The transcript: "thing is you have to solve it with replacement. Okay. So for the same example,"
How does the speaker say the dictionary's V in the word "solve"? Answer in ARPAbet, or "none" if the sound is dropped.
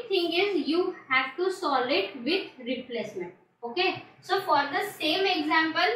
none